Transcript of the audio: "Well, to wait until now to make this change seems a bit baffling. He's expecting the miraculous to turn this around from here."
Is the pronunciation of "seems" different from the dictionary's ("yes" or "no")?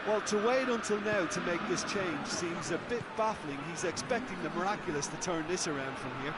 no